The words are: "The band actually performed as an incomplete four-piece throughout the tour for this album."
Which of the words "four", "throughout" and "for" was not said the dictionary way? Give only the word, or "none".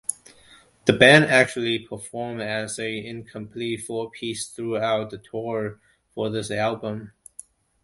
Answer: none